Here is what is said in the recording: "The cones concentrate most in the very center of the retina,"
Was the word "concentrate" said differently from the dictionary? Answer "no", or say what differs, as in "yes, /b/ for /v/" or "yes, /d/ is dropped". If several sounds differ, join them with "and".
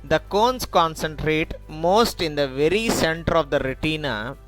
no